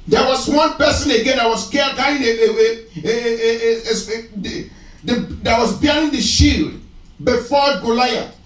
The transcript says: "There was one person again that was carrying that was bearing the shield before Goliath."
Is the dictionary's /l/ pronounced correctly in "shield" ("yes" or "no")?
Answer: yes